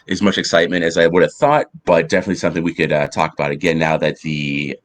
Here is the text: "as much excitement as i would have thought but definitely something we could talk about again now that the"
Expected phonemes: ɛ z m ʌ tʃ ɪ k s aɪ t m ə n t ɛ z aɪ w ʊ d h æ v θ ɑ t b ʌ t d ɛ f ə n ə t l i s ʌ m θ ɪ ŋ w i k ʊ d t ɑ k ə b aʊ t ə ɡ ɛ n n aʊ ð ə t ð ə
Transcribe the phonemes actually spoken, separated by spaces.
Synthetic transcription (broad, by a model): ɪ z m ʌ tʃ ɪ k s aɪ t m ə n t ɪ z aɪ w ʊ d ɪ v θ ɑ t b ʌ t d ɛ f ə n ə t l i s ʌ m θ ɪ ŋ w i k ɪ d t ɑ k ə b aʊ t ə ɡ ɛ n n aʊ ð ə t ð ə